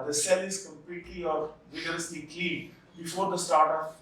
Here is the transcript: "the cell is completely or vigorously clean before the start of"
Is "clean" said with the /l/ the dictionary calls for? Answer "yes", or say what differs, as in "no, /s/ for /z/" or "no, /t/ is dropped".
no, /l/ is dropped